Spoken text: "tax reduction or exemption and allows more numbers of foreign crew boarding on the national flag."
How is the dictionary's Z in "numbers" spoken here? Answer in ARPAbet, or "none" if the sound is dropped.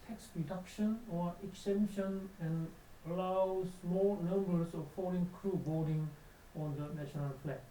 S